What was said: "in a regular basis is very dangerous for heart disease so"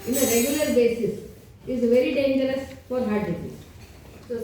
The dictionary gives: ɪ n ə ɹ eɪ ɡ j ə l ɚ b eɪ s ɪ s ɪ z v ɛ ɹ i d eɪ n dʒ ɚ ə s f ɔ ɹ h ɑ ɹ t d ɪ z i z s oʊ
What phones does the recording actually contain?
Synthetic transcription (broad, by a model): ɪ n ə ɹ eɪ ɡ j ə l ɚ b eɪ s ɪ s ɪ z v ɛ ɹ i d eɪ n dʒ ɚ ə s f ɔ ɹ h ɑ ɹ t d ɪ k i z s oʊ